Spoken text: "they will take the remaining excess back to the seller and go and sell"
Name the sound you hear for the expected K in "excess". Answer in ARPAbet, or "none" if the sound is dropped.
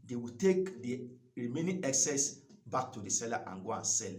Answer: K